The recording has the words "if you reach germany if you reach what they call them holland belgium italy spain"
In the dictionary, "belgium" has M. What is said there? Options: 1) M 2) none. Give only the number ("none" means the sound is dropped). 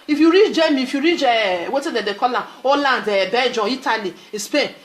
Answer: 2